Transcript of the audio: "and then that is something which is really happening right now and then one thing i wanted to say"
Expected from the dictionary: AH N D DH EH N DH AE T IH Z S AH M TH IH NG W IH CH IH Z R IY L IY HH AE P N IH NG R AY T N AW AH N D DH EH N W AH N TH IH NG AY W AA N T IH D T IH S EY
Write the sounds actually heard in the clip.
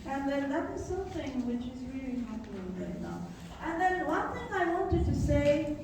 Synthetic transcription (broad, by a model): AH N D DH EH N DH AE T IH Z S AH M TH IH NG W IH CH IH Z R IY L IY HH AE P IH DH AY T N AW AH N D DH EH N W AH N TH IH NG AY W AA N T IH D T IH S EY